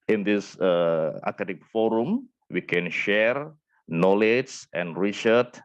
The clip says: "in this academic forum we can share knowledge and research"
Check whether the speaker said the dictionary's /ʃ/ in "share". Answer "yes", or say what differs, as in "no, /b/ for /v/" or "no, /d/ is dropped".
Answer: yes